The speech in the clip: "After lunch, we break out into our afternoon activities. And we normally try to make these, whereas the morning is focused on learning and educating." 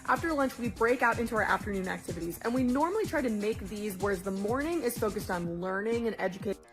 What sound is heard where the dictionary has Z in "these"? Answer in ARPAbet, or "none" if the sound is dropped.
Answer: Z